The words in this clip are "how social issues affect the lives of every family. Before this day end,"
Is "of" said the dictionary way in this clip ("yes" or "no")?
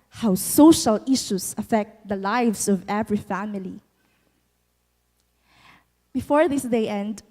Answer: yes